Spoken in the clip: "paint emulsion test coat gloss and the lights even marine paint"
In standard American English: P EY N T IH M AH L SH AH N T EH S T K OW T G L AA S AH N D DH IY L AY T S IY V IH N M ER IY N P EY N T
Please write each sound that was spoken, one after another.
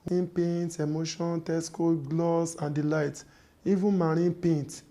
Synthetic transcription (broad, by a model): P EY N T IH M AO SH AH N T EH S K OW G L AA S AH N D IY L AY T IY V IH N M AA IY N P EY N T